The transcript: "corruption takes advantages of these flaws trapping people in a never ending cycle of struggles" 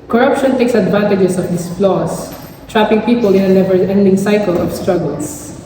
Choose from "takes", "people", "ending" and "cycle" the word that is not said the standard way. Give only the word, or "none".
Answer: none